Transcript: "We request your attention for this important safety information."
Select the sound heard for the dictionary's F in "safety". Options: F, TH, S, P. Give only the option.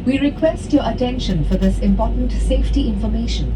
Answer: F